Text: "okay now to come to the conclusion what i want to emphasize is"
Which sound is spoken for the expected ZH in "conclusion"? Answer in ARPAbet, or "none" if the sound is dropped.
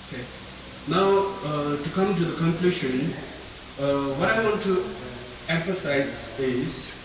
SH